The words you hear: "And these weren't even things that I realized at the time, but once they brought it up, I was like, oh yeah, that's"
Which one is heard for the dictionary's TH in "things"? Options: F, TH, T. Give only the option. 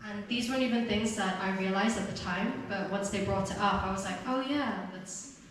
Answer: TH